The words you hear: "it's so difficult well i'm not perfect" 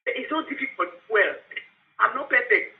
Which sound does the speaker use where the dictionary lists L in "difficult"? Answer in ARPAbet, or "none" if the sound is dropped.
none